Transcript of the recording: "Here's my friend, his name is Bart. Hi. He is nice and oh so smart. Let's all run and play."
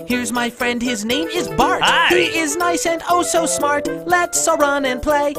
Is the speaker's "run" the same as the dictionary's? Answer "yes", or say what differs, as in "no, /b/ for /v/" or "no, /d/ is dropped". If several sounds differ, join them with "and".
yes